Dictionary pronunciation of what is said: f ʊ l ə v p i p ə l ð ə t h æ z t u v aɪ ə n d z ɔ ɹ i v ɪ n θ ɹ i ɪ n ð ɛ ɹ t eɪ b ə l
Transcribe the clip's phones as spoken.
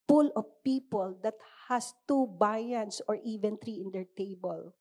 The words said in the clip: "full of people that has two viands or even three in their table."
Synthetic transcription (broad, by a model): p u l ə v p i p ə l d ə t h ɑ s t u b aɪ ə n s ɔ ɹ i v ɪ n t ɹ i ɪ n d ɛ ɹ t eɪ b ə l